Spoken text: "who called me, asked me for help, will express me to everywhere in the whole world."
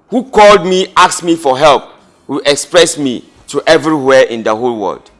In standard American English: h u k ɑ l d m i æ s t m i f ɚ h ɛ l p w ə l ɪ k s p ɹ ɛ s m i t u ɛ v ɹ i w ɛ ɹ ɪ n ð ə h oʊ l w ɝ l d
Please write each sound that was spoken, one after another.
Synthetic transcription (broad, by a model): h u k ɑ l d m i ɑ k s m i f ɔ h ɛ l p w ə l ɪ k s p ɹ ɛ s m i t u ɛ v ɹ i w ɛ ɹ ɪ n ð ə h oʊ l w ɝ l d